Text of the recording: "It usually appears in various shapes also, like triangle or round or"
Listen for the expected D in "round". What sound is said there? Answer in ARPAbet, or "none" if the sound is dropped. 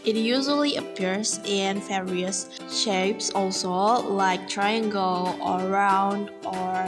D